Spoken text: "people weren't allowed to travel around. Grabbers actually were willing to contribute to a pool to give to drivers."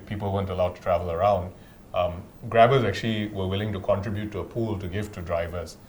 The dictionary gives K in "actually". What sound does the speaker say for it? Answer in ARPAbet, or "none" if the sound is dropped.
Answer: K